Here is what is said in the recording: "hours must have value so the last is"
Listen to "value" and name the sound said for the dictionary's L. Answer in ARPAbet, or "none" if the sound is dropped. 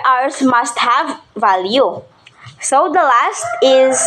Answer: L